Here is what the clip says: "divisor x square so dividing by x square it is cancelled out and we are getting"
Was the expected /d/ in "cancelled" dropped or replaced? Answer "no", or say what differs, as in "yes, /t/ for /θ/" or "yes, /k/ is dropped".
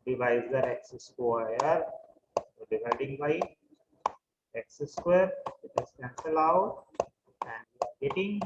yes, /d/ is dropped